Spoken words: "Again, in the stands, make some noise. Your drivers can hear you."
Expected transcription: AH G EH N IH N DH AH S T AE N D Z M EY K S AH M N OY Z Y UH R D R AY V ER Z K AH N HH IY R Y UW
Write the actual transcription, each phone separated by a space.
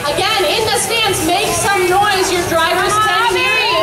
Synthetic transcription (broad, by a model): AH G EH N IH N DH AH S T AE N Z M EY K S AH M N OY Z Y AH R D R AY V ER Z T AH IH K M